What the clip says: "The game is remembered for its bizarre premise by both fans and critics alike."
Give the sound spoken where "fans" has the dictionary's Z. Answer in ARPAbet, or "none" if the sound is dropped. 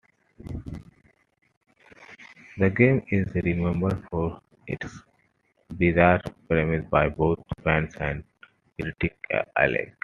S